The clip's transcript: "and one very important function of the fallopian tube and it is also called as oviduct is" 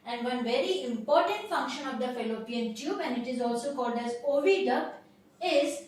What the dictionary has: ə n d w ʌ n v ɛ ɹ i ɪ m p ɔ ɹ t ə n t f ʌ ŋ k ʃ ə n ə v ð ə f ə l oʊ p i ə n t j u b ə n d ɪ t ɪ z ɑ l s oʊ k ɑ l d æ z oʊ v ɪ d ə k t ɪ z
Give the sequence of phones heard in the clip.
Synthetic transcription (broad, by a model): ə n d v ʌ n v ɛ ɹ i ɪ m p ɔ ɹ t ə n t f ʌ ŋ k ʃ ə n ə v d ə f ə l oʊ p i ə n t j u b ə n d ɪ t ɪ z ɑ l s oʊ k ɑ l d æ z oʊ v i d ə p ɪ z